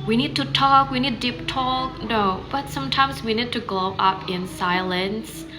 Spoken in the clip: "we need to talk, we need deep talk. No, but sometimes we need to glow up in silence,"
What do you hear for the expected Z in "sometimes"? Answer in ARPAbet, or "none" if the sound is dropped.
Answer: Z